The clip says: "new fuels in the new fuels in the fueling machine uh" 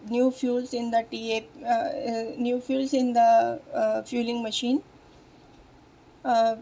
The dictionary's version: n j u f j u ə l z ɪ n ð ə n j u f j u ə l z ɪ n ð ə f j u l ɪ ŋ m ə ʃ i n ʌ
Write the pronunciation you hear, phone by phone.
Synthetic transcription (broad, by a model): n j u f j u l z ɪ n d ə n j u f j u l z ɪ n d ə f j u l ɪ ŋ m ə ʃ i n